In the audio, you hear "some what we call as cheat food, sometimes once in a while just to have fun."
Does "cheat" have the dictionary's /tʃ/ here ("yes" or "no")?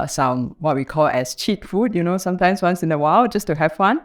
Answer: yes